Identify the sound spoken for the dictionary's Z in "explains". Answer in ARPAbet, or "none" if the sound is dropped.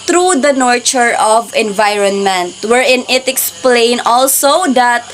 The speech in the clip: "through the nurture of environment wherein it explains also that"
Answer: none